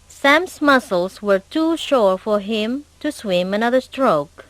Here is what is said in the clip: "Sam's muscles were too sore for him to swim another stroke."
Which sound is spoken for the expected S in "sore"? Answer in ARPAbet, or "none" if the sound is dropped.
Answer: SH